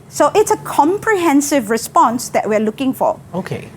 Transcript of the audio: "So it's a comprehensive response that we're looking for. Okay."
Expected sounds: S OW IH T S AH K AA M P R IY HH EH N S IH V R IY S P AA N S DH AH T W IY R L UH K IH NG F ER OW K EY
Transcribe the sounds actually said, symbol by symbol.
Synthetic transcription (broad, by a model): S OW IH T S AH K AA M P R IY HH EH N S IH V R IY S P AA N S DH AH T W IY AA L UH K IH NG F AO OW K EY